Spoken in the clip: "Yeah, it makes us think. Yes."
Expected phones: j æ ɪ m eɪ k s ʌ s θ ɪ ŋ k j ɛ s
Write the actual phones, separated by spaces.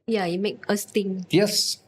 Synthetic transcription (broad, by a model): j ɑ ɪ m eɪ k ʌ s t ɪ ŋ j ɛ s